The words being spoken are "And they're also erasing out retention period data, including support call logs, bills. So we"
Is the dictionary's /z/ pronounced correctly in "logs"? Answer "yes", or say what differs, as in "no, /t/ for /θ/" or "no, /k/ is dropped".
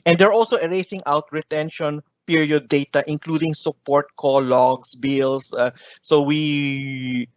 no, /s/ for /z/